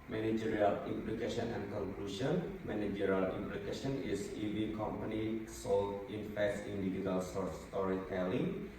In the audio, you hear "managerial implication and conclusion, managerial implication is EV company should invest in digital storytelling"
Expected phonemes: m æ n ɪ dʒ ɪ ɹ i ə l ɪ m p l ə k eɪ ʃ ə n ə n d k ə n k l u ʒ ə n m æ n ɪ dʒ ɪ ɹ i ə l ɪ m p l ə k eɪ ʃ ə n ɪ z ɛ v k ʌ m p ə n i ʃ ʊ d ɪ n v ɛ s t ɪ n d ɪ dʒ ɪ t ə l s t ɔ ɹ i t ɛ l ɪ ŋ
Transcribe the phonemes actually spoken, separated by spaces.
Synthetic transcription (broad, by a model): m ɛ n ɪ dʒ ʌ ɹ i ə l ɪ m p l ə k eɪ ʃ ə n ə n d k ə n k l u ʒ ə n m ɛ n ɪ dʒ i ɹ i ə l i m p l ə k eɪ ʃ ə n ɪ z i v k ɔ m p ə n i s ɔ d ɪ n f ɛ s ɪ n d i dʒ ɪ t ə l s t ɔ ɹ i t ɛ l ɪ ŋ